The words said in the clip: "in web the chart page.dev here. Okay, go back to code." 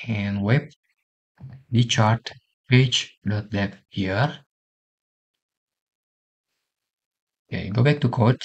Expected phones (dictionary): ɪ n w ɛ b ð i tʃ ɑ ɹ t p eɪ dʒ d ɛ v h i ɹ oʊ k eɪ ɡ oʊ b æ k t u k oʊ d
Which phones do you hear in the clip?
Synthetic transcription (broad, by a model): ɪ n w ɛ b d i tʃ ɑ ɹ t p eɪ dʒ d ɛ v h i ɹ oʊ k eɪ ɡ oʊ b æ k t u k oʊ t